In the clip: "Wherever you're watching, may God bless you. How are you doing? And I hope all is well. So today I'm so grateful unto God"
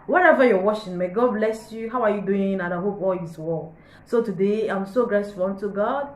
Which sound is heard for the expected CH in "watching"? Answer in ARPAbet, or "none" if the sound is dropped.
SH